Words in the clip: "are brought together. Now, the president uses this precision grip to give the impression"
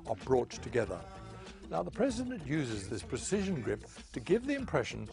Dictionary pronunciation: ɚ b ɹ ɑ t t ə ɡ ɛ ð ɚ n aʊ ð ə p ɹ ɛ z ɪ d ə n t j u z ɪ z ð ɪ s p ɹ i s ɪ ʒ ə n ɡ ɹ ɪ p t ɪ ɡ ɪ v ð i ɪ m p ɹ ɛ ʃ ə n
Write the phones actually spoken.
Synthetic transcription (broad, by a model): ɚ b ɹ ɑ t t ə ɡ ɛ ð ɚ n aʊ ð ə p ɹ ɛ z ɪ d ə n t j u z ɪ z ð ɪ s p ɹ i s ɪ ʒ ə n ɡ ɹ ɪ p t ɪ ɡ ɪ v ð i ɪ m p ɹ ɛ ʃ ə n